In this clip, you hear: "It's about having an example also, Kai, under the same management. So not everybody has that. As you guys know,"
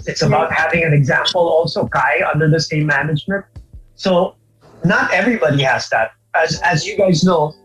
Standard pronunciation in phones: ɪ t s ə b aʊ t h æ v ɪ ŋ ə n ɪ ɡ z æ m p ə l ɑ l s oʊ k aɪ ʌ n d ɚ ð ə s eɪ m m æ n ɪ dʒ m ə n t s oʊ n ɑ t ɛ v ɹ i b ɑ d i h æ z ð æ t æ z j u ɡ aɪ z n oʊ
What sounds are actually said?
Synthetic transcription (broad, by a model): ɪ t s ə b aʊ t h æ v ɪ ŋ ə n ɪ ɡ z æ m p ə l ɑ l s oʊ k aɪ ʌ n d ɚ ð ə s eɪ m m æ n ɪ dʒ m ə n t s oʊ n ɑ t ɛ v ɹ i b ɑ d i h æ z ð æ t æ z j u ɡ aɪ z n oʊ